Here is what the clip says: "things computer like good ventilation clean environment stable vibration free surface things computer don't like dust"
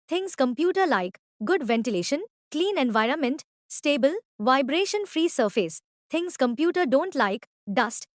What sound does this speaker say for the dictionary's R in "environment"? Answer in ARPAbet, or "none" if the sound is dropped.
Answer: R